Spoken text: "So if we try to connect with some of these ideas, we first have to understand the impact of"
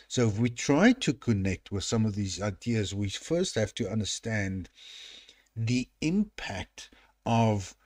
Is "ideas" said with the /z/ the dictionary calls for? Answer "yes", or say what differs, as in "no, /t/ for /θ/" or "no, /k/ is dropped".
yes